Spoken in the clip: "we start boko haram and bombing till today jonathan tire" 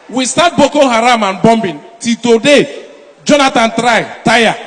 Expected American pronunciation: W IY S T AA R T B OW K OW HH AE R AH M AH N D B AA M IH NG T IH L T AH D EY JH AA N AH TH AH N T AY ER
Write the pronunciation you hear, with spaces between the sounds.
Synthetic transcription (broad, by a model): W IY S T AA T B OW K OW HH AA R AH M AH N B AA M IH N T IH L T AH D EY JH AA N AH T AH N T AY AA